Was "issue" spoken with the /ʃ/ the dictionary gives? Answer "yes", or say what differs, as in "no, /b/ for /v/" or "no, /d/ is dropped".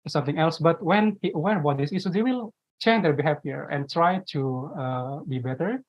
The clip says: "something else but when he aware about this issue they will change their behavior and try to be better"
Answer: no, /s/ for /ʃ/